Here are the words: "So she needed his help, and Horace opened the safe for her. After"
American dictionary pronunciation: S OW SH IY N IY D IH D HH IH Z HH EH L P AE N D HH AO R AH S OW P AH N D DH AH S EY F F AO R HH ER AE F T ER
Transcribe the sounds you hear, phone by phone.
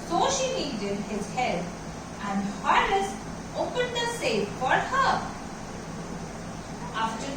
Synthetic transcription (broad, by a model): S OW SH IY L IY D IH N HH IH Z HH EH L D AE N D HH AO L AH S OW P AH N D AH S EY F F AO R HH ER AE F T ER